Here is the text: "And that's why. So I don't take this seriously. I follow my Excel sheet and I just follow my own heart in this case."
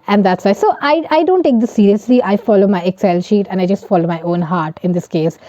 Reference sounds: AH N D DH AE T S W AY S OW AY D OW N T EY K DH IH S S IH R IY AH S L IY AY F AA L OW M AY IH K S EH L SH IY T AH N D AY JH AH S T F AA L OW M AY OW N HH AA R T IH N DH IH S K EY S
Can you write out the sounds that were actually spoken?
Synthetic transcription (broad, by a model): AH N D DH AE T S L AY S OW AY D OW N T EY K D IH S S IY R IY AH S L IY AY F AA L OW M AY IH K S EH L SH IY T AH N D AY JH AH S T F AA L OW M AY OW N HH AA R T IH N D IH S K EY S